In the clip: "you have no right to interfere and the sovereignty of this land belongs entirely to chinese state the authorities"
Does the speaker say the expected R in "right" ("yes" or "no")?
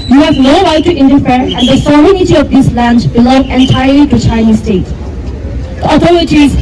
no